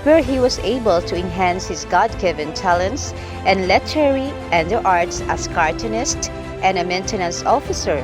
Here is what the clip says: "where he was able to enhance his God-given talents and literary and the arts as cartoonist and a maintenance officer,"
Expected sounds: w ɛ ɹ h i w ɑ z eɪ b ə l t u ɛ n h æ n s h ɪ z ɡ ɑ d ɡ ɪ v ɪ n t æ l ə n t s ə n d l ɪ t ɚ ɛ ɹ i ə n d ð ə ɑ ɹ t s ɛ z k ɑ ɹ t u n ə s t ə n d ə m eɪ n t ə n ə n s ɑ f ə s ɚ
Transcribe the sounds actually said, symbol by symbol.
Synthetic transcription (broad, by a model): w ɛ ɹ h i w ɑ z eɪ b ə l t u ɛ n h æ n s h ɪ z ɡ ɑ d ɡ ɪ v ɪ n t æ l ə n t s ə n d l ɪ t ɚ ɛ ɹ i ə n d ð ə ɑ ɹ t s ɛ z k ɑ ɹ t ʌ n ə s t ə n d ə m eɪ n t ə n ə n s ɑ f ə s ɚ